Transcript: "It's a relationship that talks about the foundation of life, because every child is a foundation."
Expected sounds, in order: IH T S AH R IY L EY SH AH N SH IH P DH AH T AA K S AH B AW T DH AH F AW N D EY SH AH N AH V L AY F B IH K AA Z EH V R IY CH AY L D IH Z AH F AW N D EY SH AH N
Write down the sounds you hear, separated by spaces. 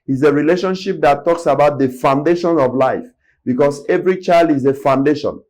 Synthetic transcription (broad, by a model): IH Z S AH R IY L EY SH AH N SH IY P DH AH T AA K S AH B AW T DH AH F AW N D EY SH AH N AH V L AY F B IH K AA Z EH V R IY CH AY L D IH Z AH F AW N D EY SH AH N